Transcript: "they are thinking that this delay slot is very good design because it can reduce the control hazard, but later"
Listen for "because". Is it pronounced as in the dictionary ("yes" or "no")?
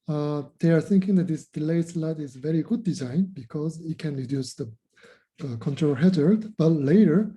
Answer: yes